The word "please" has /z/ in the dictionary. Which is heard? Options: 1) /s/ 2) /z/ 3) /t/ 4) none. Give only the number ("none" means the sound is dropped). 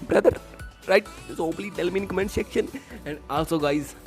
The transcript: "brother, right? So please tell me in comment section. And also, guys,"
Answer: 4